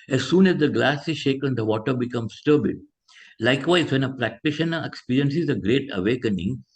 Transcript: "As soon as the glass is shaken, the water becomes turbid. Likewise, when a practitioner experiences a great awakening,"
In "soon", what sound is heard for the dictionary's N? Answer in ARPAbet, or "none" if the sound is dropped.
N